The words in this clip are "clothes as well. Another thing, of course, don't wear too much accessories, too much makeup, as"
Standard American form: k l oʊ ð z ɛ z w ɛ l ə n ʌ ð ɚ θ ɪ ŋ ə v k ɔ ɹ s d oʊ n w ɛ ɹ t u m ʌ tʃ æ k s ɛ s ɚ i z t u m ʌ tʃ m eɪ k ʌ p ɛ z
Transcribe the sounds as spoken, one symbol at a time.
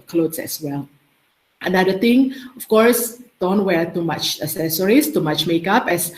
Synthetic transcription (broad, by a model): k l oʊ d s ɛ s w ɛ l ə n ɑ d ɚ t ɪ ŋ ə f k ɔ ɹ s d oʊ n w ɛ ɹ t u m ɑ tʃ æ s ɛ s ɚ i s t u m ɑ tʃ m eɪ k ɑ p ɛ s